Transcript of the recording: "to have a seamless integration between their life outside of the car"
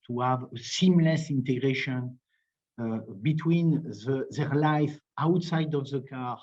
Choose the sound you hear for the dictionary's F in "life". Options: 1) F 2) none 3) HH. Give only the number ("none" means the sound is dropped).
1